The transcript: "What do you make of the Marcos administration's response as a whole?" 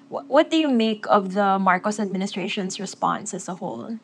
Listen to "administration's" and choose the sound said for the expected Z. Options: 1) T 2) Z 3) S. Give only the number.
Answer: 3